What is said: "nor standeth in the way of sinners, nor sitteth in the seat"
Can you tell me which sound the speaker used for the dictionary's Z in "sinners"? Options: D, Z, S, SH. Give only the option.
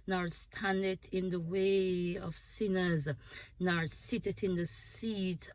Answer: Z